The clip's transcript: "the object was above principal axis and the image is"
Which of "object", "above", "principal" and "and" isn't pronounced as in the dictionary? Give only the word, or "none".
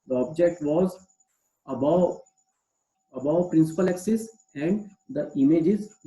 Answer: above